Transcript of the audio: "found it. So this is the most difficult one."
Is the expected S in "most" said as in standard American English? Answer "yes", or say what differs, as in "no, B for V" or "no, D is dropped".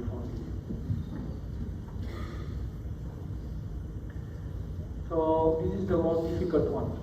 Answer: no, S is dropped